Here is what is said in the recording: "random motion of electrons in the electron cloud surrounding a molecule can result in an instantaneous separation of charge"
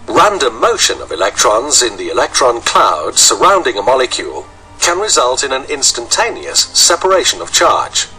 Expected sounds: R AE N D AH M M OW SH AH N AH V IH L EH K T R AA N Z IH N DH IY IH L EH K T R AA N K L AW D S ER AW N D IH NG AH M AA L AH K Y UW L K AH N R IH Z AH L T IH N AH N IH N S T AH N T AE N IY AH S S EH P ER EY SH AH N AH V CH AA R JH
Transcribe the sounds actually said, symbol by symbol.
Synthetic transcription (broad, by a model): R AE N D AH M M OW SH AH N AH V IH L EH K T R AA N Z IH N DH IY IH L EH K T R AA N K L AW D S ER AW N D IH NG AH M AA L AH K Y UW L K AH N R IH Z AH L T IH N AH N IH N S T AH N T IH N IY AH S S EH P ER EY SH AH N AH V CH AA R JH